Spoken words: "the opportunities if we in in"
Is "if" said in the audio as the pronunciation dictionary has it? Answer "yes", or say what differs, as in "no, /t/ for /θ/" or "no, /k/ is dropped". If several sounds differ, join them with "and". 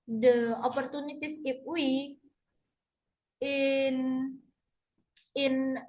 no, /p/ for /f/